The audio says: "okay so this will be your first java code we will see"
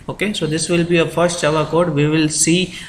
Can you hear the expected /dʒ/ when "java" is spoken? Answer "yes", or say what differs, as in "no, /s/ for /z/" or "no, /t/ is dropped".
no, /tʃ/ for /dʒ/